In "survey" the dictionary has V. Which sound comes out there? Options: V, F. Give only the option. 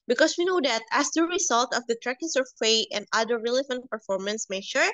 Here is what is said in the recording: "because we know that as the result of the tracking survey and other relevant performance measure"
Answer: F